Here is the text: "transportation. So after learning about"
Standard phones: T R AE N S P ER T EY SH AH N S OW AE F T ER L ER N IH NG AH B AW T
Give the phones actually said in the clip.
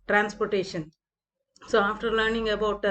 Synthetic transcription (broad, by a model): T R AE N S P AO T EY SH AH N S OW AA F T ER L ER N IH NG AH B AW T